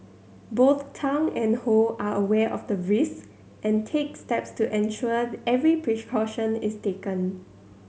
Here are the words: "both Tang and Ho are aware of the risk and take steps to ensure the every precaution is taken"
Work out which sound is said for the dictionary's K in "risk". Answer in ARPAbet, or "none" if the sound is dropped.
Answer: none